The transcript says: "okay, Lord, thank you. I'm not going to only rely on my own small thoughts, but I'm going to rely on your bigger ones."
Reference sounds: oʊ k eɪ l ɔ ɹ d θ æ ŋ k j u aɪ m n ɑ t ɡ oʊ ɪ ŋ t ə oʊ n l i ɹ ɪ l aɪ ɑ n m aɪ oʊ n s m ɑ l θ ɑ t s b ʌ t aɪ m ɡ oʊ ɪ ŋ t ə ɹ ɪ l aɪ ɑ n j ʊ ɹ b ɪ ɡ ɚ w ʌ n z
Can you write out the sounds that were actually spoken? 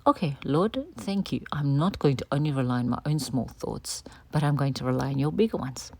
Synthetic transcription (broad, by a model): oʊ k eɪ l ɔ ɹ d θ æ ŋ k j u aɪ m n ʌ t ɡ oʊ ɪ ŋ t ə oʊ n l i ɹ ɪ l aɪ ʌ n m aɪ oʊ n s m ɑ l θ ɑ t s b ʌ t aɪ m ɡ oʊ ɪ ŋ t ə ɹ ɪ l aɪ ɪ n j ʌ ɹ b ɪ ɡ ɚ w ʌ n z